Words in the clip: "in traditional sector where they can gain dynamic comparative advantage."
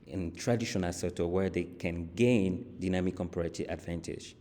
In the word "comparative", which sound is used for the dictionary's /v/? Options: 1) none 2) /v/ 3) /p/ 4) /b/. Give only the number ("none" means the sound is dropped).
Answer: 1